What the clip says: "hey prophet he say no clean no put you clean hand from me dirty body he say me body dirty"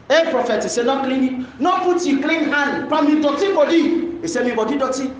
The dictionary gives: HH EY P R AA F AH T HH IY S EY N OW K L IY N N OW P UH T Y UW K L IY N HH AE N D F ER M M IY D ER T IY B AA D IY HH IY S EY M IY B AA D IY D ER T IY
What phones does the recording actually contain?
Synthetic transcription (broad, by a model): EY P R AA F AH T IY S EY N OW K L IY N N OW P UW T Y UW K L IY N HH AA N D P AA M M IY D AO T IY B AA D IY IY S EY M IY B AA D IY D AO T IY